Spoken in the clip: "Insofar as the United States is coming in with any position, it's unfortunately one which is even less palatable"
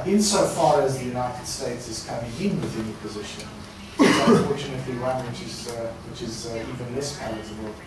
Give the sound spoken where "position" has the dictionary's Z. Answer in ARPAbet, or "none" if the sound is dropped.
Z